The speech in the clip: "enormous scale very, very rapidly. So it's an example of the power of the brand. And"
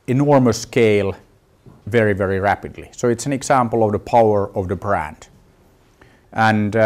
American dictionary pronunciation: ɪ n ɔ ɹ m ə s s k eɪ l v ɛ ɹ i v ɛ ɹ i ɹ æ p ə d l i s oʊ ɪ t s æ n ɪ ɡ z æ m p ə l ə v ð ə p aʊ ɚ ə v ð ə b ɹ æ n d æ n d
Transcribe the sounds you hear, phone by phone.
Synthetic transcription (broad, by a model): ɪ n ɔ ɹ m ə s s k eɪ l v ɛ ɹ i v ɛ ɹ i ɹ æ p ə d l i s oʊ ɪ t s æ n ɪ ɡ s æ m p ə l ə v ð ə p aʊ ɚ ə v ð ə b ɹ æ n d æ n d